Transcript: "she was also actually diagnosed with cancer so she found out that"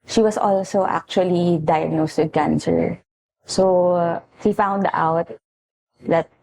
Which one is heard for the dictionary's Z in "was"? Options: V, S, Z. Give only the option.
S